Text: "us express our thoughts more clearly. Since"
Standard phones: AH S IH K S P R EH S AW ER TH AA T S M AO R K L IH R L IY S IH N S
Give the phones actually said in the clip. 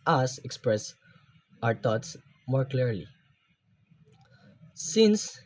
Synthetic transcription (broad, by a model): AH S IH K S P R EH S AW ER T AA T S M AO R K L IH R L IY S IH N S